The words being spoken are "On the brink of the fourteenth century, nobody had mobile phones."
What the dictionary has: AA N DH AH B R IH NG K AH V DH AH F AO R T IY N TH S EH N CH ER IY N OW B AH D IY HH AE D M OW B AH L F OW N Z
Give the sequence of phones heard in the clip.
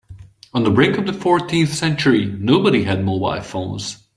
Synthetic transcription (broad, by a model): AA N DH AH B R IH NG K AH V DH AH F AO R T IY N TH S EH N CH ER IY N OW B AH D IY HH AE D M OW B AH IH F OW N Z